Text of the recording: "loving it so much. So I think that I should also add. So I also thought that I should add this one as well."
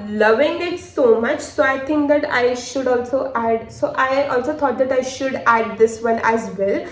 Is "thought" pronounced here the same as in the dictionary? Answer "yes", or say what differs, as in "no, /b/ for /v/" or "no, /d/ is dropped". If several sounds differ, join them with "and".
no, /t/ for /θ/